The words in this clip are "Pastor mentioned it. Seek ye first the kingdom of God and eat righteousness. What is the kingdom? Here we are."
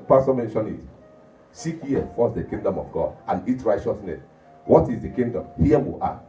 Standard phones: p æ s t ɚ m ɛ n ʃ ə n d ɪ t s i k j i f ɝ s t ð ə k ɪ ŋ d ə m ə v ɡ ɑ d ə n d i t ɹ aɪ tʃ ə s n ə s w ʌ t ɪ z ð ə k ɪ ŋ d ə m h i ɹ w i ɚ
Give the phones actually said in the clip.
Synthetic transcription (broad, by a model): p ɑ s t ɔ m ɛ n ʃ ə n ɪ t s i k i f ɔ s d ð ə k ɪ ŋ d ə m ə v ɡ ɑ d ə n i t ɹ aɪ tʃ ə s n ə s w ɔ t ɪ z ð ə k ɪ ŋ d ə m h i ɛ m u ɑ